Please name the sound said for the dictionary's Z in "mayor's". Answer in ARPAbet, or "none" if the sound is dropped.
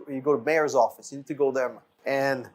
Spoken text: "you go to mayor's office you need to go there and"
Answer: Z